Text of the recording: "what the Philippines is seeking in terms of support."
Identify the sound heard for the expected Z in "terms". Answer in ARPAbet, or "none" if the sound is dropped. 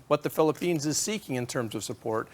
Z